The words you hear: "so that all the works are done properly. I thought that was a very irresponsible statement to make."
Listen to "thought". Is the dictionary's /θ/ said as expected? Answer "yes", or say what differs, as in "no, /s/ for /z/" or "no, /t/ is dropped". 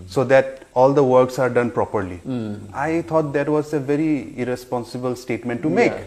no, /t/ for /θ/